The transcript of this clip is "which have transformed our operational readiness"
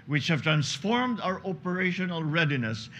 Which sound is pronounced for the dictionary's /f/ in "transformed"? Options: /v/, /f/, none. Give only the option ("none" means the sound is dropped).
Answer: /f/